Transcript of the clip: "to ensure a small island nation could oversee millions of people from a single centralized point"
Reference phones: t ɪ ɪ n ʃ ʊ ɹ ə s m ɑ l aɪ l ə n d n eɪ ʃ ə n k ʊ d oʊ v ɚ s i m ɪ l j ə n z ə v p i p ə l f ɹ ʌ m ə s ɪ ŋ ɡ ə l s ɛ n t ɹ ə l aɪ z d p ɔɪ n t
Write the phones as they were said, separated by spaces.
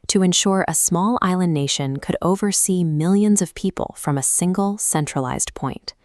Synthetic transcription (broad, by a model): t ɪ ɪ n ʃ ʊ ɹ ə s m ɑ l aɪ l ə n n eɪ ʃ ə n k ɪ d oʊ v ɚ s i m ɪ l j ə n z ə v p i p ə l f ɹ ʌ m ə s ɪ ŋ ɡ l s ɛ n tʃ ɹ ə l aɪ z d p ɔɪ n t